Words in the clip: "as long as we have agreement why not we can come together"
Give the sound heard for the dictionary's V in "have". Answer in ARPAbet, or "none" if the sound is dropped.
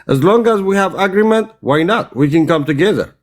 V